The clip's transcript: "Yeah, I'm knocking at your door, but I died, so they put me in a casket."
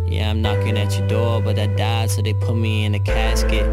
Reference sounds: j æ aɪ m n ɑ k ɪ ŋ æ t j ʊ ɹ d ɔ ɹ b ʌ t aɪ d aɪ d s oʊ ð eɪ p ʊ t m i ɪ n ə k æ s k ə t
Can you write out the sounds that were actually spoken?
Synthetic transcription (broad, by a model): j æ aɪ m n ɑ k ɪ ŋ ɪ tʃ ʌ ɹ d ɔ ɹ b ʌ t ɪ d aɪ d s oʊ ð eɪ p ʊ t m i ɪ n ə k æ s k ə t